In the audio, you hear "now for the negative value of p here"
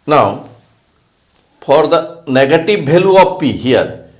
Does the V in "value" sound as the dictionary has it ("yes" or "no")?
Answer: no